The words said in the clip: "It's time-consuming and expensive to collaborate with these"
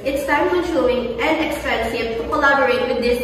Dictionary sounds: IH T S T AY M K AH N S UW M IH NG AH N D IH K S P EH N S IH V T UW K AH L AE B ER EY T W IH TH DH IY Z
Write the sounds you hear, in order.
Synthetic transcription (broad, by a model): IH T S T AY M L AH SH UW IH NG AH N D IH K S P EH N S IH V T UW K AH L AE B ER EY T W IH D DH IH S